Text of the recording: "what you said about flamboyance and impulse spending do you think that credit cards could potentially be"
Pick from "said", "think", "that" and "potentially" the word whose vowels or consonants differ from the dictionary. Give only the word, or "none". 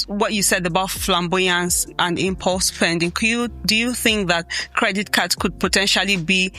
none